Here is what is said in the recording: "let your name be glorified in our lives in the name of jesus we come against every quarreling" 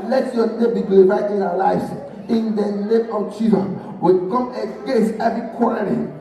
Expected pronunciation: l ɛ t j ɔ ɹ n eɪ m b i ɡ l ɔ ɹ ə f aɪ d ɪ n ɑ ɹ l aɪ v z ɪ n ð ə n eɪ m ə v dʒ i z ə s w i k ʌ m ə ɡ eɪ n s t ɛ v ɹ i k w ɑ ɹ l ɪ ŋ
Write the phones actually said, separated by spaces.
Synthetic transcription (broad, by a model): l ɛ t j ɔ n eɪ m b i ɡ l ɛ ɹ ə ɪ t ɪ n ɑ w l aɪ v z ɪ n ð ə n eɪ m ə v tʃ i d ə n w i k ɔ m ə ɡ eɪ s ɛ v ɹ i k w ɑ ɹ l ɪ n